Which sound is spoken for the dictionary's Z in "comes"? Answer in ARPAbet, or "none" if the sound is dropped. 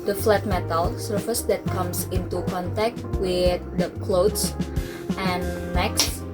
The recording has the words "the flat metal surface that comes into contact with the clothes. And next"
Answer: S